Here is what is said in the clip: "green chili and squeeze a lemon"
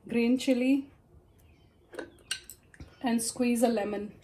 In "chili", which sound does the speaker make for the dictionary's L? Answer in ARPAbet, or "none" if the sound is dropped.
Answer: L